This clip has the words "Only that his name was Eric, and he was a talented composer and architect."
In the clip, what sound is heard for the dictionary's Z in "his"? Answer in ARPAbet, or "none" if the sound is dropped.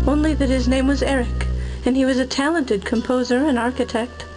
Z